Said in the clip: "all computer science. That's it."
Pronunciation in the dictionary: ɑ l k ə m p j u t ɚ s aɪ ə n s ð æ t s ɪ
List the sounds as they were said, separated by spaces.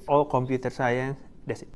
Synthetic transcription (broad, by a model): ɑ l k ə m p j u t ɚ s aɪ ə n s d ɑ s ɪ